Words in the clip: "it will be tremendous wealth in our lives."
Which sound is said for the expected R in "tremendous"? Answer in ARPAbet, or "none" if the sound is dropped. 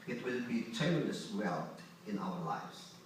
none